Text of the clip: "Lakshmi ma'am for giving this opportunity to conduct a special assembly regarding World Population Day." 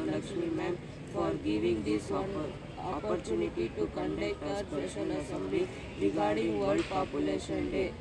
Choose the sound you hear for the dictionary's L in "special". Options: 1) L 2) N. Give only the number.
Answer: 2